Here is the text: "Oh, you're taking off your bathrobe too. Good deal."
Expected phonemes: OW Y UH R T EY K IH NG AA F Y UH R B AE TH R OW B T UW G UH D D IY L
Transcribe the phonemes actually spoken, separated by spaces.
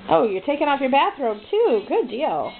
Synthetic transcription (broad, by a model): OW Y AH R T EY K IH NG AA F Y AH R B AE TH R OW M T UW G UH D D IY L